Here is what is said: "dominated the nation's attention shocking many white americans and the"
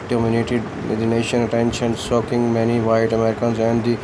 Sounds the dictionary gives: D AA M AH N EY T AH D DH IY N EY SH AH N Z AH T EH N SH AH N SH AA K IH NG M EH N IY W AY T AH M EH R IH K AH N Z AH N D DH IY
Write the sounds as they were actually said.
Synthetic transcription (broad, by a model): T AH M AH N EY T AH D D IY N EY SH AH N AH T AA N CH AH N S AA K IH NG M EH N IY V AY T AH M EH R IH K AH N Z AH N D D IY